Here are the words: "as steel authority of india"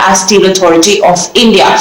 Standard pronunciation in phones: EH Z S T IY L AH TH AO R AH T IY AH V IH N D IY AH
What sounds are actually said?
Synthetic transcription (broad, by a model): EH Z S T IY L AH T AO R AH T IY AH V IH N D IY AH